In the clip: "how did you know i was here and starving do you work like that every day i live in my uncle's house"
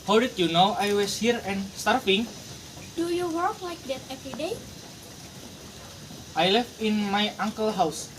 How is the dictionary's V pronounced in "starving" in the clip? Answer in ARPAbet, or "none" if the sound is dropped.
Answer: F